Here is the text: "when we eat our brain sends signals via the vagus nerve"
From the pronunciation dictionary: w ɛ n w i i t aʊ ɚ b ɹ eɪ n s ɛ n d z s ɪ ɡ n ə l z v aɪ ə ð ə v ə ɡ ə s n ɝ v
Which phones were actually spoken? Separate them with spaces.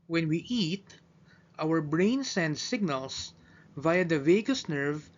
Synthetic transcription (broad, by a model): w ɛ n w i i t aʊ ɚ b ɹ eɪ n s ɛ n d s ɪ ɡ n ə l s v aɪ ə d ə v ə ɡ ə s n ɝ v